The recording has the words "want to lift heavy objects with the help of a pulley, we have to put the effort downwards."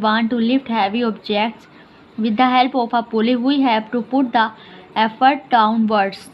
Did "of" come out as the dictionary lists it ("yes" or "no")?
no